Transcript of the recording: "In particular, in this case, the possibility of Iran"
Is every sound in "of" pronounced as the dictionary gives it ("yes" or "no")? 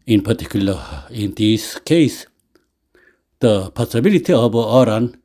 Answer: no